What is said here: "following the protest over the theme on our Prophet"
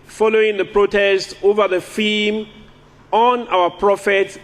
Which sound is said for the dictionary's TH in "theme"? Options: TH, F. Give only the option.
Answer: F